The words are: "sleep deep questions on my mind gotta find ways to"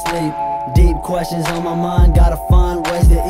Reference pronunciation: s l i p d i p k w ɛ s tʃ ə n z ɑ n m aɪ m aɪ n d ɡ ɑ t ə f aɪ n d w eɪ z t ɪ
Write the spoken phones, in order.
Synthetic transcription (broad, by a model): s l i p d i p k w ɛ s tʃ ə n z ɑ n m aɪ m aɪ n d ɡ ɑ t ə f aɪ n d w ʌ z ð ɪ